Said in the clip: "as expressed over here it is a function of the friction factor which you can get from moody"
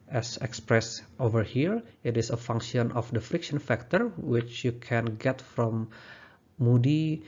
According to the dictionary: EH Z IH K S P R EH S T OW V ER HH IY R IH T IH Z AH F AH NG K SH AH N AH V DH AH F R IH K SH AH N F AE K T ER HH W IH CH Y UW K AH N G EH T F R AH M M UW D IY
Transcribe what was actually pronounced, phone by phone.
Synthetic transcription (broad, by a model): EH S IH K S P R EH S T OW V ER HH IY R IH T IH S AH F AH NG K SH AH N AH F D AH F R IH K SH AH N F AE K T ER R W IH CH Y UW K AH N G EH T F R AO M M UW D IY